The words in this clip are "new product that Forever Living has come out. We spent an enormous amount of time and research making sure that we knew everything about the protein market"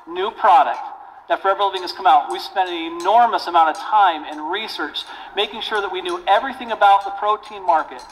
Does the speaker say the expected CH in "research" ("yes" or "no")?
yes